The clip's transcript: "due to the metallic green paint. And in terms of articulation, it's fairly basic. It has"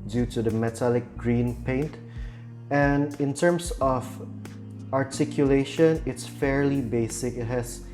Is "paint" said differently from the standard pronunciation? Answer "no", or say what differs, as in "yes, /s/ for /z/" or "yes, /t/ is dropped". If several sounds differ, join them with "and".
no